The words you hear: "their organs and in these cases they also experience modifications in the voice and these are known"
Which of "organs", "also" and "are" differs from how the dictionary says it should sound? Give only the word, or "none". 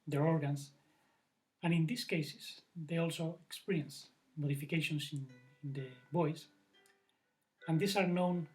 organs